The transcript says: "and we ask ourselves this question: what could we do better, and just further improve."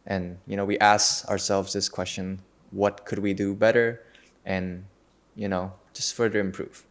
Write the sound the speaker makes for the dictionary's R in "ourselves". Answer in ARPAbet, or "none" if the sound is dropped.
R